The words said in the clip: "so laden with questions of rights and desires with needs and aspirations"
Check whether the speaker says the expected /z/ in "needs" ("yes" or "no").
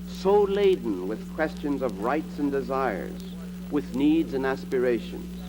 yes